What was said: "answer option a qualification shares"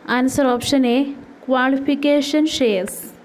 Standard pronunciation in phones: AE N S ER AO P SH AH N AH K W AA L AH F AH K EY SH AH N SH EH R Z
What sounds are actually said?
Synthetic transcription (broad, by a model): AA N S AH AO P SH AH N AH K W AA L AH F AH K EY SH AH N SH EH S